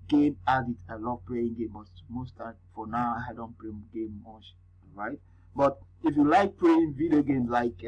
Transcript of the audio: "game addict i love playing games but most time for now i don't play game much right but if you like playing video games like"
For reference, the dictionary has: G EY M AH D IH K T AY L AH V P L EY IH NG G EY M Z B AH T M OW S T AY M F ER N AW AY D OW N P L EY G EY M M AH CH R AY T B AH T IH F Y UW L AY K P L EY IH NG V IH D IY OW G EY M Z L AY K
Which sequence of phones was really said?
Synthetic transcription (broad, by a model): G EY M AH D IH T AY L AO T P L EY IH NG G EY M B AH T M OW S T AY F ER N AW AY D OW N P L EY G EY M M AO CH R AY T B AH T IH F Y UW L AY K P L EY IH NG V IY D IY OW G EY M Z L AY K